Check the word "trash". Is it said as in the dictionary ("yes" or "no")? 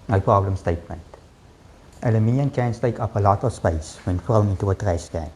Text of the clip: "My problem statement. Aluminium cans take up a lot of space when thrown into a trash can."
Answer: no